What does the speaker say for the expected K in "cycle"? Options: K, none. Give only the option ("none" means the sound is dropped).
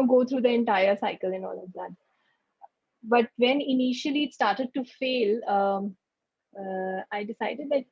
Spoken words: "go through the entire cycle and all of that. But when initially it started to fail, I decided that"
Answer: K